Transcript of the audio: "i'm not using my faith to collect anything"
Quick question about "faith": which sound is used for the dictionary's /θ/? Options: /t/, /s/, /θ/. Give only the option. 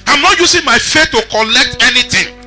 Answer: /t/